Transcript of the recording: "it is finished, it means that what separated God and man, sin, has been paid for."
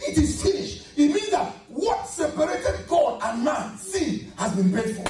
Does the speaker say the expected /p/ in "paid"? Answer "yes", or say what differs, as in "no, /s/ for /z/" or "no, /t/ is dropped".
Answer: no, /b/ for /p/